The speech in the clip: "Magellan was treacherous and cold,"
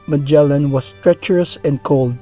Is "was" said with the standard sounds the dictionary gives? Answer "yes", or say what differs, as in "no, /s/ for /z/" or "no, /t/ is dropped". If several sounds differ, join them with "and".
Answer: no, /s/ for /z/